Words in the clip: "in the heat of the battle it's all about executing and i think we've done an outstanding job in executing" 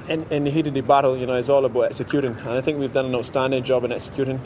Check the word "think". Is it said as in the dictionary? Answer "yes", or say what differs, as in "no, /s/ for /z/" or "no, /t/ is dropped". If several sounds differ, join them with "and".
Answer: yes